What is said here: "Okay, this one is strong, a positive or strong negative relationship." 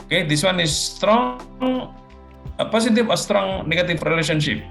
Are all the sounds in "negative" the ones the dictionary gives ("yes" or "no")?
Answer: no